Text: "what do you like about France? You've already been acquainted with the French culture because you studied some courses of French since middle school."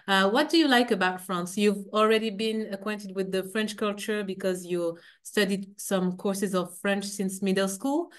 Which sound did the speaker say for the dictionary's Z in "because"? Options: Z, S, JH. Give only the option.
Z